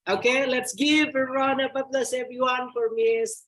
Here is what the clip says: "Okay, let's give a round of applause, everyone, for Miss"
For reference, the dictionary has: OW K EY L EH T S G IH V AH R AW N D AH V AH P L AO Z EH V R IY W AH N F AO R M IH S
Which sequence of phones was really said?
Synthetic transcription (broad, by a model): OW K EY L EH T S G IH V AH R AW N AH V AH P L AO S EH V R IY W AH N F AO R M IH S